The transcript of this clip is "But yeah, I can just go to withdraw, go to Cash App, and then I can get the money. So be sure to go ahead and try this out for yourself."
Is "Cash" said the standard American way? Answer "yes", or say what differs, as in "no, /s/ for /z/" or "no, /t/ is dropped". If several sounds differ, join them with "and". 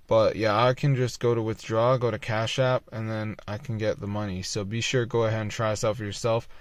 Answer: yes